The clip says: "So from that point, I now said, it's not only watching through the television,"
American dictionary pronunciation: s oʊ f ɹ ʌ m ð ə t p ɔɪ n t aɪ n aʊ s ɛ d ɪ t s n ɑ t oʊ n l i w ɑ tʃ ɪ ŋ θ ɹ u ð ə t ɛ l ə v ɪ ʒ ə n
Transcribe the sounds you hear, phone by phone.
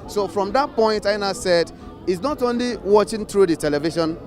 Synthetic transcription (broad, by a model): s oʊ f ɹ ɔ m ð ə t p ɔɪ n t aɪ n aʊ s ɛ d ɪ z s n ɑ t oʊ n l i w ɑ tʃ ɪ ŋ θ ɹ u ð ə t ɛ l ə v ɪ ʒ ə n